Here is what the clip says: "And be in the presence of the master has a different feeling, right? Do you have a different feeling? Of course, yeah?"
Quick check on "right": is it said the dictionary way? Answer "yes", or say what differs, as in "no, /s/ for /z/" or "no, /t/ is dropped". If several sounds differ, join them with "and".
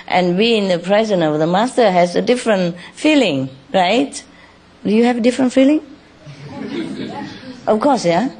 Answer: yes